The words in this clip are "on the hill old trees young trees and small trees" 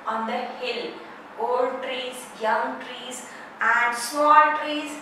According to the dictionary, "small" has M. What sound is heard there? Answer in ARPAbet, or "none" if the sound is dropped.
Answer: none